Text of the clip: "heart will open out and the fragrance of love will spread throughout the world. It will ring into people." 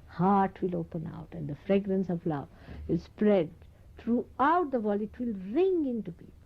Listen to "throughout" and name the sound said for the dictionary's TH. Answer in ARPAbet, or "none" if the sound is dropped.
T